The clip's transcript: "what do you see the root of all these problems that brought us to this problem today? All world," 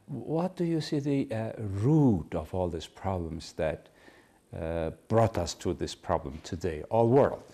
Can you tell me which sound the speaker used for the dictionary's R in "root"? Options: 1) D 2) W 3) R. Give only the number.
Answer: 3